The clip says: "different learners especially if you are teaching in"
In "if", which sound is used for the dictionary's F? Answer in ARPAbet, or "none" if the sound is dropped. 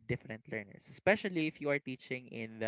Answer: F